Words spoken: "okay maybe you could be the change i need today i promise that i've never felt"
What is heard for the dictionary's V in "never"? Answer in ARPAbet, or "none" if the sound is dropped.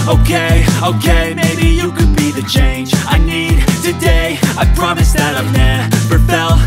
P